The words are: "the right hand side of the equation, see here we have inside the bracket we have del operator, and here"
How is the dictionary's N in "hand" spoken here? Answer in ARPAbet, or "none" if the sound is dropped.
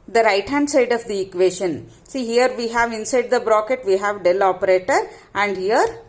N